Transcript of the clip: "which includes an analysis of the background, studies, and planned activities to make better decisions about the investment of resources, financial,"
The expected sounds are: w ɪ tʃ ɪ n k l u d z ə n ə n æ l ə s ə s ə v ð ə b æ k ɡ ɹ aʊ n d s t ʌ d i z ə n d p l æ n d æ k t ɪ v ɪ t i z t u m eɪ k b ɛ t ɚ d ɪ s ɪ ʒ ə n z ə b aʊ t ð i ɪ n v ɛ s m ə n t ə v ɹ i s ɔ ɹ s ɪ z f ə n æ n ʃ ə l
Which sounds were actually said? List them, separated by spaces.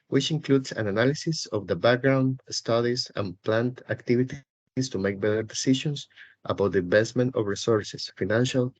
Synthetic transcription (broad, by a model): w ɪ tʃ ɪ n k l u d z ə n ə n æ l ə s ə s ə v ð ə b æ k ɡ ɹ aʊ n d s t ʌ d i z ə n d p l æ n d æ k t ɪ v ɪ t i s t u m eɪ k b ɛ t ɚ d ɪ s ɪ ʃ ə n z ə b aʊ t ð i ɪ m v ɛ s m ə n t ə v ɹ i s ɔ ɹ s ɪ s f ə n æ n ʃ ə l